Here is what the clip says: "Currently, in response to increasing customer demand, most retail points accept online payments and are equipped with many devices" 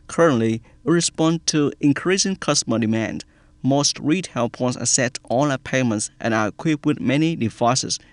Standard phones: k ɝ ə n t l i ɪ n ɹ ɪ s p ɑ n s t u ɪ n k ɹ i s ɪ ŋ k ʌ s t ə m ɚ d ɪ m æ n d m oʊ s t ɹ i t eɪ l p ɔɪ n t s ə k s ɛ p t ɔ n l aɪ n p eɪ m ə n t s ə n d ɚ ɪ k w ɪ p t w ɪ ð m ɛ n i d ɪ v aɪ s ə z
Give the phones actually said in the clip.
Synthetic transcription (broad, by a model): k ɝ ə n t l i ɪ ɹ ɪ s p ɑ n t u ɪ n k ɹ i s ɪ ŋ k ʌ s t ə m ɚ d ɪ m æ n d m oʊ s t ɹ i t eɪ l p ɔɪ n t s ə s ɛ t ɔ l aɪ p eɪ m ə n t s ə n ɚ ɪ k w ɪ p w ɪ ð m ɛ n i d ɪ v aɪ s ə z